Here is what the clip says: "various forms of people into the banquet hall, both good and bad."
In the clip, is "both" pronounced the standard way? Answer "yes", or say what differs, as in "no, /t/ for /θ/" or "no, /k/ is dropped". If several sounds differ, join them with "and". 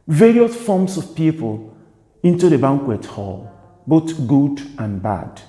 no, /t/ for /θ/